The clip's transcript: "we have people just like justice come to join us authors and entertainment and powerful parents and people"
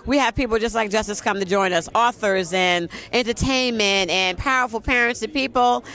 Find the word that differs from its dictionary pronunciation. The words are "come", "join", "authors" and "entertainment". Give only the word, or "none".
none